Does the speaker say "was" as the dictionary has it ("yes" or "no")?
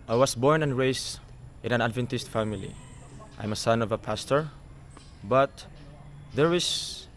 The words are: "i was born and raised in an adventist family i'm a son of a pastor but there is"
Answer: no